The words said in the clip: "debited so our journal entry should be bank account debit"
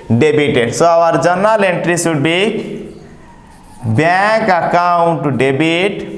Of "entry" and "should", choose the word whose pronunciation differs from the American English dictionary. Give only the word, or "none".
should